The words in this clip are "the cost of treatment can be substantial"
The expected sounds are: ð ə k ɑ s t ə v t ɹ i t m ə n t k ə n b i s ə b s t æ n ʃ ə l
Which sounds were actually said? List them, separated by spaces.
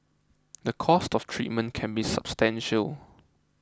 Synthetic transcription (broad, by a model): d ə k ɑ s t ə f t ɹ i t m ə n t k ə n b i s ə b s t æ n ʃ ə l